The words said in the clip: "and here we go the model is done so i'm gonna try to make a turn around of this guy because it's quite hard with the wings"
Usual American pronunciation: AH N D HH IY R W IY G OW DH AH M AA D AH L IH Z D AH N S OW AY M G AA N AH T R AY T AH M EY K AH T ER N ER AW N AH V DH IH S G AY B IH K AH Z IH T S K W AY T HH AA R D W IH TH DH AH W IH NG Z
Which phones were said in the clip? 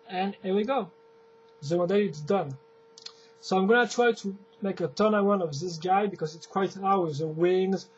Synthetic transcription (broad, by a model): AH N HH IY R W IY G OW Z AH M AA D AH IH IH S D AH N S OW AY M G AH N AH T R AY T AH M EY K AH T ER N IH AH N AH V DH IH S G AY B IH K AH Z IH T S K W AY T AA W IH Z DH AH W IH NG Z